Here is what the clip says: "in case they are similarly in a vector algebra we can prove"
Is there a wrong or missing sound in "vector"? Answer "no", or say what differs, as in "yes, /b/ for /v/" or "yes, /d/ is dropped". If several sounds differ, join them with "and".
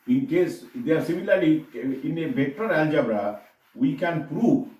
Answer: yes, /b/ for /v/